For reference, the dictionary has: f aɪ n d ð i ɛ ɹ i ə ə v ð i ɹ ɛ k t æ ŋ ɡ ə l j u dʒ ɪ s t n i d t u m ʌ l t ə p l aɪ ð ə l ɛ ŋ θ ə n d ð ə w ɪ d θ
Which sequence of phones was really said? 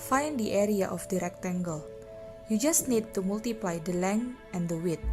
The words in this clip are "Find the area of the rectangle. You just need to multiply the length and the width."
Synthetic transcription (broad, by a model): f aɪ n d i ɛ ɹ i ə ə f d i ɹ ɛ k t æ ŋ ɡ ə l j u dʒ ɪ s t n i d t u m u l t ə p l aɪ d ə l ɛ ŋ ə n d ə w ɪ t